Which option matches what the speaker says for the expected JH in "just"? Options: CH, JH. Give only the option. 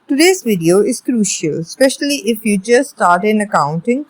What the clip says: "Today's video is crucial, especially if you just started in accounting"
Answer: CH